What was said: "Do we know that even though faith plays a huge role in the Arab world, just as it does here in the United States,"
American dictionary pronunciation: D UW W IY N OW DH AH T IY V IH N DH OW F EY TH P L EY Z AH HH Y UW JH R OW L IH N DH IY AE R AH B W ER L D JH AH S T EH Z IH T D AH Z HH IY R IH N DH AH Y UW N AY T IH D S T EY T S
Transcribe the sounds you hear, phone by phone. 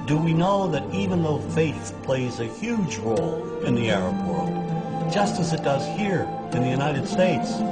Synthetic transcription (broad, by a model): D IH W IY N OW DH AH T IY V IH N DH OW F EY TH P L EY Z AH HH Y UW JH R OW L IH N DH IY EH R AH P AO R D JH AH S T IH Z IH T D AH Z HH IY R IH N DH AH Y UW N AY T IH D S T EY T S